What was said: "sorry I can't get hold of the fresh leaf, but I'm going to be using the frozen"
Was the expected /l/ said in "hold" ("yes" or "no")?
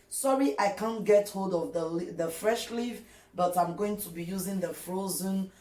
yes